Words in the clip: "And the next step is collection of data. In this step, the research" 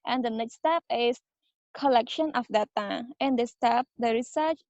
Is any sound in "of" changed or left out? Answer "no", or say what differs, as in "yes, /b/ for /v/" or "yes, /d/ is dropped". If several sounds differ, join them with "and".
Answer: yes, /f/ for /v/